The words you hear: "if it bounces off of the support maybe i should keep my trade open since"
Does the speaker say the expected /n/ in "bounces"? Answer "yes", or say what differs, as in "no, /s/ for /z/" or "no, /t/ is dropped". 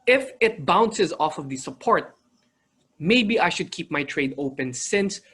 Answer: yes